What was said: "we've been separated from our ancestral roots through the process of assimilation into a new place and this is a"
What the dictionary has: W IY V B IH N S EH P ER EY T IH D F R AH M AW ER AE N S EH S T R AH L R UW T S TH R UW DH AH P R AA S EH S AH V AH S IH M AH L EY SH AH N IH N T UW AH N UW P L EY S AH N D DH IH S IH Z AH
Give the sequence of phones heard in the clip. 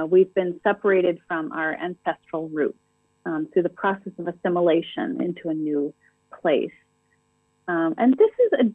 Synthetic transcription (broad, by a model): W IY V B IH N S EH P ER EY T IH D F R AH M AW ER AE N S EH S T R L R UW T S TH R UW DH AH P R AA S EH S AH V AH S IH M AH L EY SH AH N IH N T UW AH N UW P L EY S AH N DH IH S IH Z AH